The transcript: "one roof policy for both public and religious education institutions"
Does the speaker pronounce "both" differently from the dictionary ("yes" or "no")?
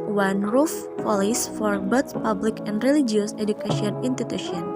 yes